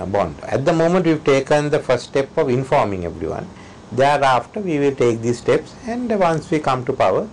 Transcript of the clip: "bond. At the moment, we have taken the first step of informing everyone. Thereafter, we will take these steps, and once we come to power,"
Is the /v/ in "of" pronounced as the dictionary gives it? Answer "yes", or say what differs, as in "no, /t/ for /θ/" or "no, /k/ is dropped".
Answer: yes